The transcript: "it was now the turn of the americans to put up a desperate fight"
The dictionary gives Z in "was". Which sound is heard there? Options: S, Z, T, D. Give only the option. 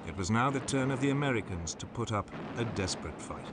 Z